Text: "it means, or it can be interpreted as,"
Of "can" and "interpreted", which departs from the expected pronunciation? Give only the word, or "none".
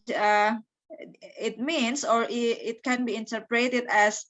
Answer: none